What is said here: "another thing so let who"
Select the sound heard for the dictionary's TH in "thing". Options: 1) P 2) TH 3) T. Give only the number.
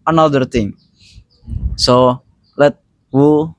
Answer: 3